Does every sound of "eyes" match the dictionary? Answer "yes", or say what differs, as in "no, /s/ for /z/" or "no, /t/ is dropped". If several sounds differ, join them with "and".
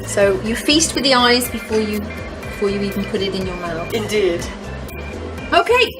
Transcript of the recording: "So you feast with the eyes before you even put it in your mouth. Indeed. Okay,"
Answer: yes